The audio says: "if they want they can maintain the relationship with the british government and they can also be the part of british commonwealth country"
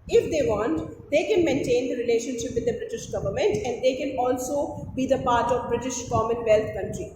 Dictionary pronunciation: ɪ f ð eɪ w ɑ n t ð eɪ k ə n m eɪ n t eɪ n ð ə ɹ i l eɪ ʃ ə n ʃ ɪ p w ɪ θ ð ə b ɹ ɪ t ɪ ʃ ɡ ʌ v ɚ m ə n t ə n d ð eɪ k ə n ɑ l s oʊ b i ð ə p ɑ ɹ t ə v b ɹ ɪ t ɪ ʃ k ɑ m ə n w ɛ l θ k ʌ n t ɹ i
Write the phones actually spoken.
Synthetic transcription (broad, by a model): ɪ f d eɪ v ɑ n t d eɪ k ə n m eɪ n t eɪ n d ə ɹ i l eɪ ʃ ə n ʃ ɪ p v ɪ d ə b ɹ ɪ t ɪ ʃ ɡ ʌ v ɚ m ə n t ə n d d eɪ k ə n ɑ l s oʊ b i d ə p ɑ ɹ t ə v b ɹ ɪ t ɪ ʃ k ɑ m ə n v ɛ l t k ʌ n t ɹ i